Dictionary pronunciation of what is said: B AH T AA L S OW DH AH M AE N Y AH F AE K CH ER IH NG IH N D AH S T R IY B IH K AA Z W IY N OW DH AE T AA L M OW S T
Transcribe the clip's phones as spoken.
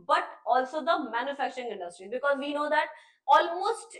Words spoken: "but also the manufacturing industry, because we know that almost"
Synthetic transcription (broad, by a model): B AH T AA L S OW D AH M AE N Y AH F AE K CH ER IH NG IH N D AH S T R IY B IH K AA Z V IY N OW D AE T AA L M OW S T